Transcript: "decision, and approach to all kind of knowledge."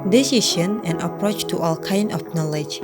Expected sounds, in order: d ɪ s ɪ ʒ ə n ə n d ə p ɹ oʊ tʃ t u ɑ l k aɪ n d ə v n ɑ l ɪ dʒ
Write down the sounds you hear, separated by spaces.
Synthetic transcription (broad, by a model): d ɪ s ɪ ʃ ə n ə n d ə p ɹ oʊ tʃ t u ɑ l k aɪ n d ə f n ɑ l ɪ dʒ